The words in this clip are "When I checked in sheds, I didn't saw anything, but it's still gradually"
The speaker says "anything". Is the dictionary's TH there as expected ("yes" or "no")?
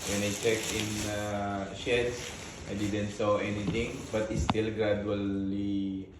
no